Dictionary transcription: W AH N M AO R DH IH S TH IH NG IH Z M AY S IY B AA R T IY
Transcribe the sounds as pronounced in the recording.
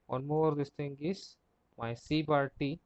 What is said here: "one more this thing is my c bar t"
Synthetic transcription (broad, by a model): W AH N M AO R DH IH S T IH NG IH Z M AY S IY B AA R T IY